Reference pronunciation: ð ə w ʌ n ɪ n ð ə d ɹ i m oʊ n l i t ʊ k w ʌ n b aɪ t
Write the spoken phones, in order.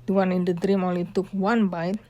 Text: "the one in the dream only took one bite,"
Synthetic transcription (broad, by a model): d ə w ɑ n ɪ n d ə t ɹ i m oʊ l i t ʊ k w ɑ n b aɪ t